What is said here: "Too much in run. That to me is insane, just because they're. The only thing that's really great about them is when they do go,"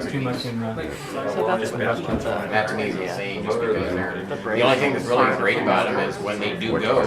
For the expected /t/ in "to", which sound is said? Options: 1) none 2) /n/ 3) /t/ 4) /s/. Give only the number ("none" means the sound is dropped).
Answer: 4